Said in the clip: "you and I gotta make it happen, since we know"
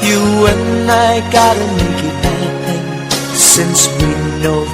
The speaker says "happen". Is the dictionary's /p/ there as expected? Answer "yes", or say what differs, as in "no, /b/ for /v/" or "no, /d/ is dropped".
no, /p/ is dropped